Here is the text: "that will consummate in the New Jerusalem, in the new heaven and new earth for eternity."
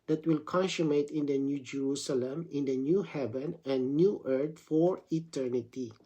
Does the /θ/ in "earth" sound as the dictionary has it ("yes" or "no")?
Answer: no